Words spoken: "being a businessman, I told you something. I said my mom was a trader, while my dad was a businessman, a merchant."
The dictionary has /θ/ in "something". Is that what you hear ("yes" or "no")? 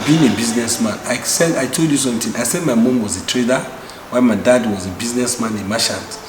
no